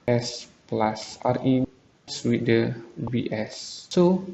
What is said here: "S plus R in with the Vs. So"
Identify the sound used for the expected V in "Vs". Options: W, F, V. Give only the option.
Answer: W